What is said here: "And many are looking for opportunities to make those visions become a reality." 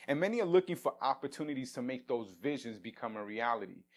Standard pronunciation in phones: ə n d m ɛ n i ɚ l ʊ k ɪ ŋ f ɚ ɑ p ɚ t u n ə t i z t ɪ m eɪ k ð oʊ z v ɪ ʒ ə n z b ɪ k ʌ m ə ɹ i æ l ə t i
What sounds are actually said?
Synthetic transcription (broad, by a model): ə n m ɛ n i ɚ l ʊ k ɪ ŋ f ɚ ɑ p ɚ t u n ə t i z t ɪ m eɪ k ð oʊ z v ɪ ʒ ə n z b ɪ k ʌ m ə ɹ i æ l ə t i